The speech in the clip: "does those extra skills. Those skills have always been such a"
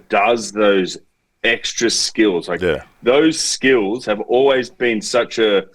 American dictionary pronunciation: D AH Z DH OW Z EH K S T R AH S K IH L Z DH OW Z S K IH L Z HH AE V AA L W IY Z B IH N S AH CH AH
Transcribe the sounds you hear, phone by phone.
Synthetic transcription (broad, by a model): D AH Z DH OW Z EH K S T R AH S K IH L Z DH OW Z S K IH L Z HH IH V AA L W IY Z B IH N S AH CH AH